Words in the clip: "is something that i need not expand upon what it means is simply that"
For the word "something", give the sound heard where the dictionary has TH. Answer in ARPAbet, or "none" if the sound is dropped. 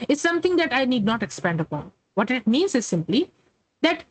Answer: T